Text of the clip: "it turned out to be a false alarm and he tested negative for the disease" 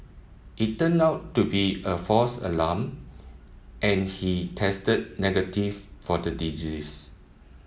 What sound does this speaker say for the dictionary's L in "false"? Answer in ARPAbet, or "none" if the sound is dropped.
none